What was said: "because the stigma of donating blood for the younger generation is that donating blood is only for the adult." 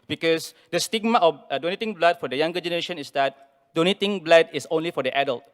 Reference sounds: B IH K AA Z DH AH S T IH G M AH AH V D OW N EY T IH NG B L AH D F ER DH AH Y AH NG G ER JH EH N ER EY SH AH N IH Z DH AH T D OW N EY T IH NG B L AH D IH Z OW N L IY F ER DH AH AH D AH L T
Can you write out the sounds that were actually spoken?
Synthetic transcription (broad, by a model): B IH K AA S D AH S T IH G M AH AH F D OW N EY T IH NG B L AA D F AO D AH Y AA NG G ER JH EH N ER EY SH AH N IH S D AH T D OW N EY T IH NG B L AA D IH S OW N L IY F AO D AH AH D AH L T